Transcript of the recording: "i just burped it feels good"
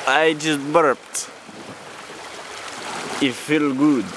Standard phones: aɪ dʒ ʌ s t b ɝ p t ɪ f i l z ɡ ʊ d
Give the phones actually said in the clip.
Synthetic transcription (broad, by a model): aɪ dʒ ʌ s t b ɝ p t ɪ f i l ɡ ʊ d